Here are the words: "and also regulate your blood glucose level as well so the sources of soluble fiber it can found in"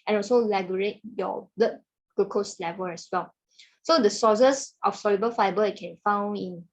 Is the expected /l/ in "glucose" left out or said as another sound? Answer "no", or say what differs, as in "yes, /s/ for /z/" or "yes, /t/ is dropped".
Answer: yes, /l/ is dropped